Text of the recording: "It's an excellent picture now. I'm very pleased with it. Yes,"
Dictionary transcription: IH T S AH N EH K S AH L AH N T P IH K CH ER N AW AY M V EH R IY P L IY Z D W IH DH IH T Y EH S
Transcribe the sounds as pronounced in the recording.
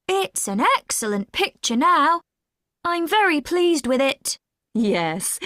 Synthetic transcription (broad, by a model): IH T S AH N EH K S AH L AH N P IH K CH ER N AW AY M V EH R IY P L IY Z D W IH DH IH T Y EH S